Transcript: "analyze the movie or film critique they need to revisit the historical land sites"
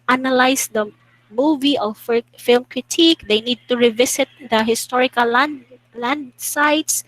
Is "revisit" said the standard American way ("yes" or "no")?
no